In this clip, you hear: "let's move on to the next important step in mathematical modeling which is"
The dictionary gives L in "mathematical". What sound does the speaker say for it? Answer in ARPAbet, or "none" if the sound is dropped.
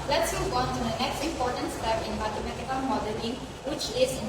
N